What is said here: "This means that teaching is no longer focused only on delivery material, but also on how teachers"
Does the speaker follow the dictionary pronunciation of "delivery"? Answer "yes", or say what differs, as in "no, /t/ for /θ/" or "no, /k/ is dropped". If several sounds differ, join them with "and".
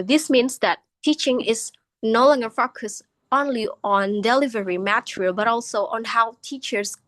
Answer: yes